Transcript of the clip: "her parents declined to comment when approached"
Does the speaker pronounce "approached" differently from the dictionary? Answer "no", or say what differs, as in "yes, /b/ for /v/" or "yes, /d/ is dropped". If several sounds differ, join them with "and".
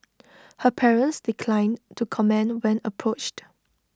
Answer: no